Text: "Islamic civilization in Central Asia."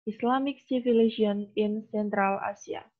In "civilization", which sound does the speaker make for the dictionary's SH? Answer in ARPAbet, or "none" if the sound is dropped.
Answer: none